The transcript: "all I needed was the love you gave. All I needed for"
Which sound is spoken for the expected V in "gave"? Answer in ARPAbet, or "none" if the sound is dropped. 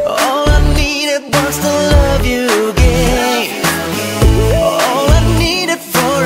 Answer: none